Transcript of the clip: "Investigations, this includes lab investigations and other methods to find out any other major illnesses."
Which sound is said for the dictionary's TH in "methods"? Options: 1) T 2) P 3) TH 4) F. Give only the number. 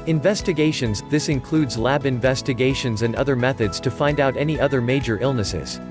3